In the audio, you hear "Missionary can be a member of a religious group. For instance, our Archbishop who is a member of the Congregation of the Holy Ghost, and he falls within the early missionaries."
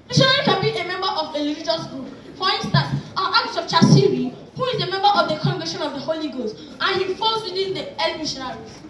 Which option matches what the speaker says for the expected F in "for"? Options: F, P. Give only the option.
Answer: P